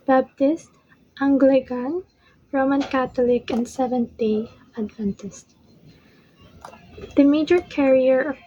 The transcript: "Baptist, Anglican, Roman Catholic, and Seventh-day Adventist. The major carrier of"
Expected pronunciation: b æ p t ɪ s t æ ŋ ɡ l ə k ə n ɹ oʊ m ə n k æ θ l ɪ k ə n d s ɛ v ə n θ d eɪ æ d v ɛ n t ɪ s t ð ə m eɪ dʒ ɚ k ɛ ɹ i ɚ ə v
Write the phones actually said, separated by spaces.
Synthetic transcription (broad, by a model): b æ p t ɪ s t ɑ ŋ ɡ l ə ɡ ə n ɹ oʊ m ə n k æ t l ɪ k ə n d s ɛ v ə n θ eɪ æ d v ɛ n t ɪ s t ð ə m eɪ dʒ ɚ k ɛ ɹ i ɚ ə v